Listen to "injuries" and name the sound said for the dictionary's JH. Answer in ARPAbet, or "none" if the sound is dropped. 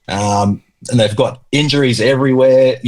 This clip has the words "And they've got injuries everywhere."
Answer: JH